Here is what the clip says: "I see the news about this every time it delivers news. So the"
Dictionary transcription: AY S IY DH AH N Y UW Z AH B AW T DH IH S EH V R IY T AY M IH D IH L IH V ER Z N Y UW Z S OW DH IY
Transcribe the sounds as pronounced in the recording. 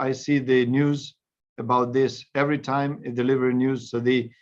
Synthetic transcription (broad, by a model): AY S IY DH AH N Y UW Z AH B AW T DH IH S EH V R IY T AY M IH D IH L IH V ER N Y UW Z S OW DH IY